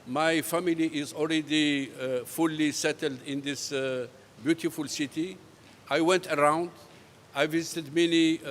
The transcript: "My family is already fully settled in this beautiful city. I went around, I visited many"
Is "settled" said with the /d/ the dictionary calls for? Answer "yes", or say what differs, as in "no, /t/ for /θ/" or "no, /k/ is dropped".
yes